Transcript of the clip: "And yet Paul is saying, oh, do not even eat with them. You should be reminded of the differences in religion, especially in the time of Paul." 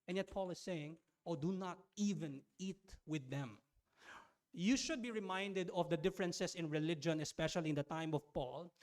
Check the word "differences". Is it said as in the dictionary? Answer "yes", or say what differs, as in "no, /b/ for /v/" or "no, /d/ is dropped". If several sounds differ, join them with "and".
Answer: no, /s/ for /z/